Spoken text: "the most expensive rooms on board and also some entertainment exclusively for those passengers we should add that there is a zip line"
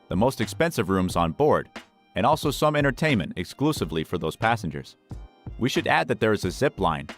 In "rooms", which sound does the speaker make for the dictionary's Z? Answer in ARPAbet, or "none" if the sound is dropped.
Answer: Z